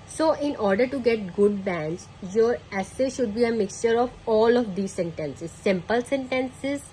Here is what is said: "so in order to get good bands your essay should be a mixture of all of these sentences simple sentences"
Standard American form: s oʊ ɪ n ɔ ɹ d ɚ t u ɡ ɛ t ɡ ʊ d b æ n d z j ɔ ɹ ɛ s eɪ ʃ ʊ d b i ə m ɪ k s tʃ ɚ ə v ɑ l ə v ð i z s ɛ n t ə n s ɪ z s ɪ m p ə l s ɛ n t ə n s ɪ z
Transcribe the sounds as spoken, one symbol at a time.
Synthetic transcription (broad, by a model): s oʊ ɪ n ɔ ɹ d ɚ t u ɡ ɛ t ɡ ʊ d b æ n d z j ɔ ɹ ɛ s eɪ ʃ ʊ d b i ə m ɪ k s tʃ ɚ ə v ɑ l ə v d i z s ɛ n t ə n s ɪ z s ɪ m p ə l s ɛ n t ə n s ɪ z